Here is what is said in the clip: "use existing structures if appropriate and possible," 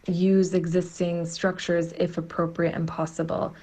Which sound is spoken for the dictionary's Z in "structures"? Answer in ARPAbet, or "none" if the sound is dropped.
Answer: Z